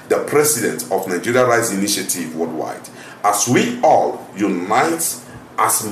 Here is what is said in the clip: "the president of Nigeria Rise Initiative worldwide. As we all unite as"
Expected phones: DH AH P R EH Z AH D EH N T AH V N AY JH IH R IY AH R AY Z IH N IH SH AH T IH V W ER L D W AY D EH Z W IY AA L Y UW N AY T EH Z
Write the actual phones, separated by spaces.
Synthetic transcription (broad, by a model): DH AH P R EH S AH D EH N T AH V N AY JH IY R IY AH R AY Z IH N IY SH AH T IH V W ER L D W AY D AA S W IY AA L Y UW N AY T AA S